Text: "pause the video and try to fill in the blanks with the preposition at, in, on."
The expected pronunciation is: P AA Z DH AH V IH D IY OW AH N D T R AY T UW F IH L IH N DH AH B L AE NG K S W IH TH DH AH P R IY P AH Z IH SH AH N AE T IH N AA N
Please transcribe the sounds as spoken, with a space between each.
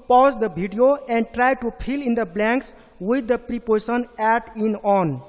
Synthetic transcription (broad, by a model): P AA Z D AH B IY D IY OW AH N D T R AY T UW P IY L IH N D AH B L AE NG K S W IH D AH P R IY P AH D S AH N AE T IH N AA N